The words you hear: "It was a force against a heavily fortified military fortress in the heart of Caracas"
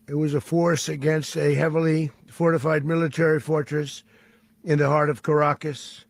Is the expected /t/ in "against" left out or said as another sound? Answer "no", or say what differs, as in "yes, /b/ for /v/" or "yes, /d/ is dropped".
no